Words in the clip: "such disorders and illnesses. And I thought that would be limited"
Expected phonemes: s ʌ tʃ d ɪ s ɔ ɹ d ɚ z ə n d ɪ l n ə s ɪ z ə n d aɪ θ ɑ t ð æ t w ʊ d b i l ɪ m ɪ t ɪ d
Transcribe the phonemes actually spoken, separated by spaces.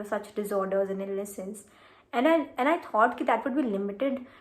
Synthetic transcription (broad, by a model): s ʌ tʃ d ɪ s ɔ ɹ d ɚ z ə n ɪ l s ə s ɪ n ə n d aɪ t ɑ t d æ t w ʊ d b i l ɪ m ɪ t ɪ d